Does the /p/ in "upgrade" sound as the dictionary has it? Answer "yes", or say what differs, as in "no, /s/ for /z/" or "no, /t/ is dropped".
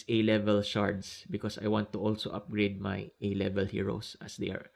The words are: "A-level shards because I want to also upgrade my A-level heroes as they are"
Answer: yes